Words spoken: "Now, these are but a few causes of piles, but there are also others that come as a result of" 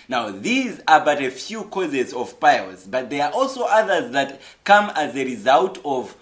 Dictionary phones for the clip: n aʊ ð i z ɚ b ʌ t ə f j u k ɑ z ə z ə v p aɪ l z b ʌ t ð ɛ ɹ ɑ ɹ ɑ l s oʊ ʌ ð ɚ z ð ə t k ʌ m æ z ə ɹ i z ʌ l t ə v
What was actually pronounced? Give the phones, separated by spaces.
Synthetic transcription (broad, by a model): n aʊ ð i z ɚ b ʌ t ə f j u k ɑ z ə z ə v p aɪ l z b ʌ t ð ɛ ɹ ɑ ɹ ɑ l s oʊ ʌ ð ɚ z ð ə t k ʌ m æ z ə ɹ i z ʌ l t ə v